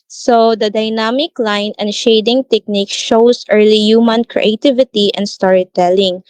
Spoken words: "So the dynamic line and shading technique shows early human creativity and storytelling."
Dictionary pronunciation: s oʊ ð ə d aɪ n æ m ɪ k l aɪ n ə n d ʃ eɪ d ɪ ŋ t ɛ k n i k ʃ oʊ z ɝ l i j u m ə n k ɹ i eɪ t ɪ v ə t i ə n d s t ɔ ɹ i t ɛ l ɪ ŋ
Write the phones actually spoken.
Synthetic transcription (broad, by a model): s oʊ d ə d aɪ n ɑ m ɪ k l aɪ n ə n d ʃ eɪ d ɪ ŋ t ɛ k n i k ʃ oʊ s ɝ l i j u m ə n k ɹ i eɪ t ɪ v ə t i ə n d s t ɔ ɹ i t ɛ l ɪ ŋ